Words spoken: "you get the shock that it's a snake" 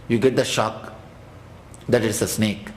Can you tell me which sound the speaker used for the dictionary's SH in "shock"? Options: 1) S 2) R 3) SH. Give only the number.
3